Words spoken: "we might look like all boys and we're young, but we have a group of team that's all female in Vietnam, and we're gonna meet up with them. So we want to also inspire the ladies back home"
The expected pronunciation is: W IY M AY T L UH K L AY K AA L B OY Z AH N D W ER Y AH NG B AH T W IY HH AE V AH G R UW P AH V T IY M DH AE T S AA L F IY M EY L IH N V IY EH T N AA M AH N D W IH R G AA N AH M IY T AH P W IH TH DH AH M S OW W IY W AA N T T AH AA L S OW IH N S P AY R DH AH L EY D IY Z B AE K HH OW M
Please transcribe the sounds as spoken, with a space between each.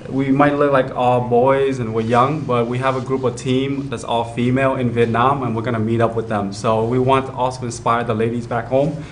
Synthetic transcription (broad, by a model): W IY M AY T L UH K L AY K AA L B OY Z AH N W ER Y AH NG B AH T W IY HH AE V AH G R UW P AH V T IY M DH AE T S AA L F IY M EY L IH N V IY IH T N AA M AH N W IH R G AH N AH M IY T AH P W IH DH AH M S OW W IY W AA N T T AH AA L S OW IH N S P AY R DH AH L EY D IY Z B AE K HH OW M